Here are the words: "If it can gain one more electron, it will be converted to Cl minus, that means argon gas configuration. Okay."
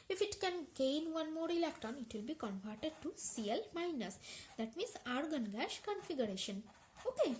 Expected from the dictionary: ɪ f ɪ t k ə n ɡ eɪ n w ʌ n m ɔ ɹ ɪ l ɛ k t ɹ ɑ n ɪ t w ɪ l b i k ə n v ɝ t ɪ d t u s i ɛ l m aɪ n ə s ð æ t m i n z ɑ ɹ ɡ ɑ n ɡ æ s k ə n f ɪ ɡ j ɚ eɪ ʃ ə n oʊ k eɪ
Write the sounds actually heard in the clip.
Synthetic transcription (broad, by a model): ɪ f ɪ t k ə n ɡ eɪ n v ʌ n m ɔ ɹ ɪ l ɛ k t ɑ n ɪ t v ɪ l b i k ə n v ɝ t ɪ d t u s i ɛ l m aɪ n ə s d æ t m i n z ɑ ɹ ɡ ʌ n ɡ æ ʃ k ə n f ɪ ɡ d eɪ ʃ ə n oʊ k eɪ